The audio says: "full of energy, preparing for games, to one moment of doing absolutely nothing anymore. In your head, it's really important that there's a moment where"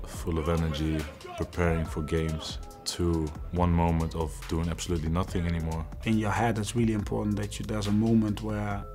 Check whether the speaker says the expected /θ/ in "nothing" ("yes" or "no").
yes